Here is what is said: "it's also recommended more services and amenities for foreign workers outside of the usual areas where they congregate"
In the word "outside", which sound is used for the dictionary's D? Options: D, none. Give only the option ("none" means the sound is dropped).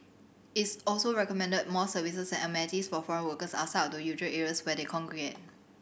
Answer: none